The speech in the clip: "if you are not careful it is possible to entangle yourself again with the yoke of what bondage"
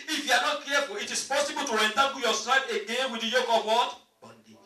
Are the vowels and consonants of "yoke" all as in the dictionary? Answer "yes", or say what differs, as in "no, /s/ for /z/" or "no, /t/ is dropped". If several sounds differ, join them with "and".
yes